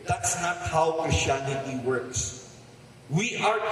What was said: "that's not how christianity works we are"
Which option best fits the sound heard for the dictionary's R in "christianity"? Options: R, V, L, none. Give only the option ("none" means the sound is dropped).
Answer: none